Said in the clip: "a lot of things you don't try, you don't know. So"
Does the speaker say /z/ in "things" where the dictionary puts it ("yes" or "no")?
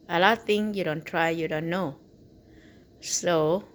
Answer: no